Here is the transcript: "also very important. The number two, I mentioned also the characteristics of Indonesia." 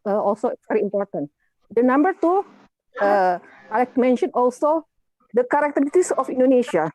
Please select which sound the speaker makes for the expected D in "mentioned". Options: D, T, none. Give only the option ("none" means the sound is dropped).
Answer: none